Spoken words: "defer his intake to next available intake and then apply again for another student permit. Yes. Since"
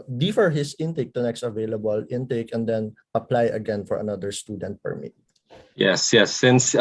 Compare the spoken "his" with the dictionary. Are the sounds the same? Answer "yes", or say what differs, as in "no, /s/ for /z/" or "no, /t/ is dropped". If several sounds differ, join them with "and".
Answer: no, /s/ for /z/